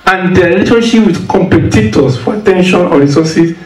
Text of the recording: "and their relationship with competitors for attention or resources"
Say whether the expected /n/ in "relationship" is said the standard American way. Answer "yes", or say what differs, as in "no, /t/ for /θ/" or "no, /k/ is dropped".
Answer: no, /n/ is dropped